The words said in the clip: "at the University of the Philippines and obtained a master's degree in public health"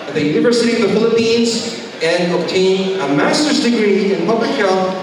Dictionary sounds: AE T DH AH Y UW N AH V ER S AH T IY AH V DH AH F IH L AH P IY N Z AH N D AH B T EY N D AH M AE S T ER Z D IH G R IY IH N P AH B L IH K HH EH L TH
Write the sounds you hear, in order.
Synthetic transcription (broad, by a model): DH AH Y UW N AH V ER S AH T IY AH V DH AH F IH L AH P IY N Z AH N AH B T EY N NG AH M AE S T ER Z D IH G R IY IH N P AH B L IH K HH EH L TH